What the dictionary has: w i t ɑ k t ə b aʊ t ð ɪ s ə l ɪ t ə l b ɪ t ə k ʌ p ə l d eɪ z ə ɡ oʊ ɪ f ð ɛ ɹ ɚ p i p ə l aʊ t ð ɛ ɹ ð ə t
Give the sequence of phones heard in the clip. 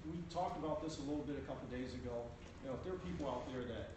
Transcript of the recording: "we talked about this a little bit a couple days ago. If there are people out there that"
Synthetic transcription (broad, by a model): w i t ɑ k t ə b aʊ t ð ɪ s ə l ɪ t l b ɪ t ə k ʌ p l d eɪ z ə ɡ oʊ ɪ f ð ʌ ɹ ɚ p i p l aʊ t ð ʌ ɹ ð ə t